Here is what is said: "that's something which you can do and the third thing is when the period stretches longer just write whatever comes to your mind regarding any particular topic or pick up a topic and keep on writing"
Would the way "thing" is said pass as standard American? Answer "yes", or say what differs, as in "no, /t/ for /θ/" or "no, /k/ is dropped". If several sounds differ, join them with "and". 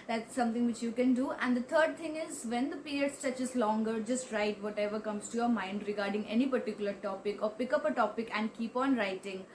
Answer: no, /t/ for /θ/